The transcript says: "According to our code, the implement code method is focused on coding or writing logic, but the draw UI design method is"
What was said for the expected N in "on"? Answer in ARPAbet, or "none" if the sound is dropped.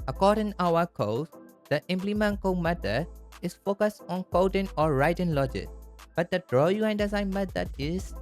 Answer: N